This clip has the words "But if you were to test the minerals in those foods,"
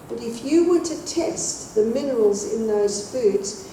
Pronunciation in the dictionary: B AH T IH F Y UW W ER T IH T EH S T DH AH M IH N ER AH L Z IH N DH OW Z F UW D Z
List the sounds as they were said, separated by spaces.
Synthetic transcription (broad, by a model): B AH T IH F Y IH W ER T IH T EH S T DH AH M IH N ER AH L Z IH N DH OW Z F UW D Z